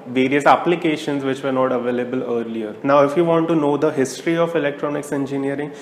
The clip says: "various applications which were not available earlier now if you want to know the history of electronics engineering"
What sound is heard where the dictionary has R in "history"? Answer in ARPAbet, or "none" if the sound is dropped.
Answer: R